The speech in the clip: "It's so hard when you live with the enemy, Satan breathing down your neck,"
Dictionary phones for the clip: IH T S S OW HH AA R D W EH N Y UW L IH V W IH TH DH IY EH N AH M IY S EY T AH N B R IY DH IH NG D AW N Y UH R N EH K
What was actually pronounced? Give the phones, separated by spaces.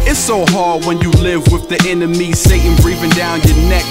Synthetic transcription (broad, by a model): IH T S S OW HH AA R D W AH N Y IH L IH V W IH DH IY EH N AH M IY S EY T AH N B R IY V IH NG D AW N Y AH R N EH K